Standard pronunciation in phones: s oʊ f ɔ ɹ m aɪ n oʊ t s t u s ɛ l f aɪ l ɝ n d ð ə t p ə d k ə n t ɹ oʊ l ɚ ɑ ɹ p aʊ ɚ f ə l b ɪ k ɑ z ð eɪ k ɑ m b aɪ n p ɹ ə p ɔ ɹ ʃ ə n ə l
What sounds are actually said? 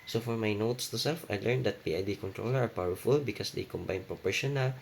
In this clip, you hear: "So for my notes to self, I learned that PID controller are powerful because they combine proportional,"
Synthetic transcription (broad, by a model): s oʊ f ɔ ɹ m aɪ n oʊ t s t u s ɛ l f aɪ l ɝ n d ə t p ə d k ə n t ɹ oʊ l ɚ ɑ ɹ p aʊ ɚ f ə l b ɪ k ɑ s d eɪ k ɑ m b aɪ n p ɹ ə p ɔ ɹ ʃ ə n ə l